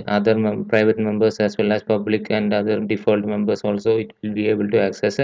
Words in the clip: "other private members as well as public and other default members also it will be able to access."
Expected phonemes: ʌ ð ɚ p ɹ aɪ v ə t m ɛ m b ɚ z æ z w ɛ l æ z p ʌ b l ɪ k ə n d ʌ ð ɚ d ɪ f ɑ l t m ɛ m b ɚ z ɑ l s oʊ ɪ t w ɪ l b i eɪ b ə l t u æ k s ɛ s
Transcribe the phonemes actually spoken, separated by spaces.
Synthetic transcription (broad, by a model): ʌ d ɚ p ɹ aɪ v ə t m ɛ m b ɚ s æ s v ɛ l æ s p ʌ b l ɪ k ə n d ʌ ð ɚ d ɪ f ɑ l t m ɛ m b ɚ s ɑ l s oʊ ɪ t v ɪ l b i eɪ b ə l t u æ k s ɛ s